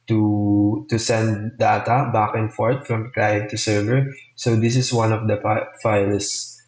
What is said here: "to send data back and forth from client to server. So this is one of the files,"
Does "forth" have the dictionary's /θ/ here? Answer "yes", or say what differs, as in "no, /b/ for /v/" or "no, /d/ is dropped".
no, /t/ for /θ/